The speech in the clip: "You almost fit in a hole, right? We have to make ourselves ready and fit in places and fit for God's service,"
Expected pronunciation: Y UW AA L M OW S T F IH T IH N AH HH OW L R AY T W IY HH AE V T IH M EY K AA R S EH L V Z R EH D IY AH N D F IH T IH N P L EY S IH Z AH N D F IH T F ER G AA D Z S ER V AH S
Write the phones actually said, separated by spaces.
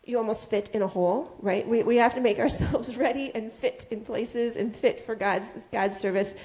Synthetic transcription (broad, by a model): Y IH AA L M OW S T F IH T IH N AH HH OW L R AY T W IY HH AE F T IH M EY K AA R S EH L V Z R EH D IY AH N F IH T IH N P L EY S IH Z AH N F IH T F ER G AA D Z S ER V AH S